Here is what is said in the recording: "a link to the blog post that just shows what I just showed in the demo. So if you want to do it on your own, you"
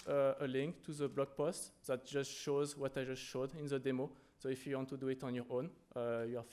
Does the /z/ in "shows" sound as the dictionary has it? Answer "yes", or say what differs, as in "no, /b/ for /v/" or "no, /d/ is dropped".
yes